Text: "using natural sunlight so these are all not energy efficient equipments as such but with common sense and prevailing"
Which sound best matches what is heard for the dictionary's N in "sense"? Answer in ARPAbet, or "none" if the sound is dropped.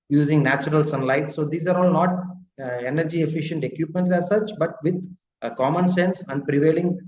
N